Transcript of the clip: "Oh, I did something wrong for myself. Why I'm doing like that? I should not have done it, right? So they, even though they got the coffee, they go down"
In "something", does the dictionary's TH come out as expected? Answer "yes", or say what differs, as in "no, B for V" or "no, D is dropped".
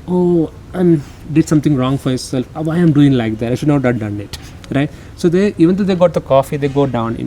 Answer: no, T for TH